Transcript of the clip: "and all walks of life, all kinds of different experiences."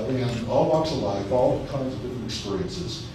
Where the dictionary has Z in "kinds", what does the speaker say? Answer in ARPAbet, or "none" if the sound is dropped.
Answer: Z